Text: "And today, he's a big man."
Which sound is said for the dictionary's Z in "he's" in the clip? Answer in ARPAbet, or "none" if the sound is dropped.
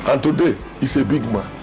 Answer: S